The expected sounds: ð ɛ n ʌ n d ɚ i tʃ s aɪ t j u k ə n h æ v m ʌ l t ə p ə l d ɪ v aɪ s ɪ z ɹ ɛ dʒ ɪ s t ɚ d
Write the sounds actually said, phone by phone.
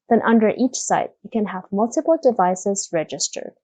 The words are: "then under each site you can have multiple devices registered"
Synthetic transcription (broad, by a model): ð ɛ n ʌ n d ɚ i tʃ s aɪ t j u k ə n h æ v m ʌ l t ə p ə l d ɪ v aɪ s ɪ z ɹ ɛ dʒ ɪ s t ɚ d